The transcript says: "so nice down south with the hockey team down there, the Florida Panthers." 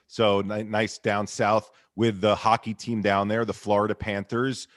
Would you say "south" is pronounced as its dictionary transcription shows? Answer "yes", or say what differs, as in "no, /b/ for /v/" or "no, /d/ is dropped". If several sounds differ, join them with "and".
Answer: yes